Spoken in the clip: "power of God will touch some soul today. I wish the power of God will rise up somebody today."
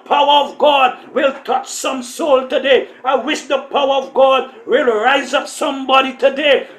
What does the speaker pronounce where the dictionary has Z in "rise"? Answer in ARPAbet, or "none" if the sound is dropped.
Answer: Z